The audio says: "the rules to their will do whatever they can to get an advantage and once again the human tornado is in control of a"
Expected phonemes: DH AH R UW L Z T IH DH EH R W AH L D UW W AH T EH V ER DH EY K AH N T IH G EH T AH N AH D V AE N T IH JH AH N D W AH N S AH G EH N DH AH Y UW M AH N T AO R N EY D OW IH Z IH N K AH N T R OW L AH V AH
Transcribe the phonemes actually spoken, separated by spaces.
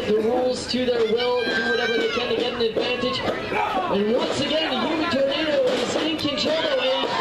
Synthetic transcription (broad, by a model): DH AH R UW L Z T IH DH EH R W AH L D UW W AH T EH V ER DH EY K AH N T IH G EH T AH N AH D V AE N T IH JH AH N W AH N S AH G EH N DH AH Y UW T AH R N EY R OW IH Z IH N K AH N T OW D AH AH